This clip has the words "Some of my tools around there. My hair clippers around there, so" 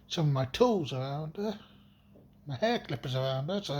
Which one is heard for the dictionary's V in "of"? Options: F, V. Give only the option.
V